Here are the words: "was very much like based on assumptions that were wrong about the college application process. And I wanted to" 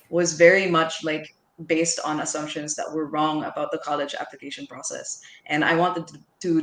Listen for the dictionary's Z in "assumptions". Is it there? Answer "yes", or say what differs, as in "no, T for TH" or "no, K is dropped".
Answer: yes